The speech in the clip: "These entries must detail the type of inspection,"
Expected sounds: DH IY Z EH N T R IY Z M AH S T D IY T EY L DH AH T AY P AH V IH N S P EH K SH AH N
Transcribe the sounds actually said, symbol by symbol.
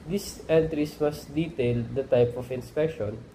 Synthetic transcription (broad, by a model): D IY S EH N T R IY S M AH S T D IY T EY L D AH T AY P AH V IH N S P EH K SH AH N